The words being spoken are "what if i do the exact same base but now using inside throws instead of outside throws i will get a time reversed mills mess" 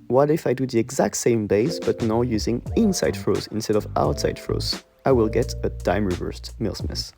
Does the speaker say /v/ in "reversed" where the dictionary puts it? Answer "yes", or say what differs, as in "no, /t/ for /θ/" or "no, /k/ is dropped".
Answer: yes